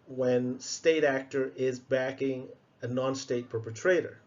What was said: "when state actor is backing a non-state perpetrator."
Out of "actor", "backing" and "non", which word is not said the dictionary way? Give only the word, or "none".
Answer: none